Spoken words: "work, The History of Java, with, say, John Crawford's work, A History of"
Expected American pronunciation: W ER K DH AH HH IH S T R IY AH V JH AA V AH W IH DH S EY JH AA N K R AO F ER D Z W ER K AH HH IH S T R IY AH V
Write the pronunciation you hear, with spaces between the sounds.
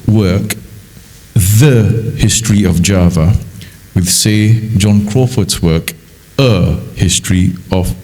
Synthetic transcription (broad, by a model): W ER K DH AH HH IH S T R IY AH V JH AA V AH W IH DH S EY JH AA N K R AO F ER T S W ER K AH HH IH S T R IY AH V